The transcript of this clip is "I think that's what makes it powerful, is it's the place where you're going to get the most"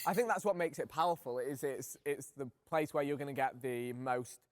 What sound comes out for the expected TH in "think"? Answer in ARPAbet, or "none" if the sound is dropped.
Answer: TH